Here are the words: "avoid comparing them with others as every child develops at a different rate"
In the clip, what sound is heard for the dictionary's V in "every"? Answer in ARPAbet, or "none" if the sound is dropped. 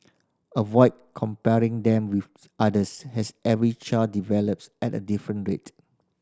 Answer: V